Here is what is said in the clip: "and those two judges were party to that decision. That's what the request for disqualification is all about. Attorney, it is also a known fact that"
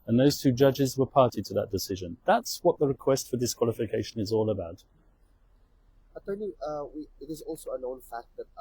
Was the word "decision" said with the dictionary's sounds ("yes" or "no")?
yes